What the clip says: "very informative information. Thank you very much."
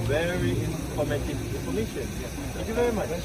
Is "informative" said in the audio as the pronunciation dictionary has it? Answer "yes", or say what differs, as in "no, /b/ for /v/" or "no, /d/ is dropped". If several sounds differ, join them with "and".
no, /p/ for /f/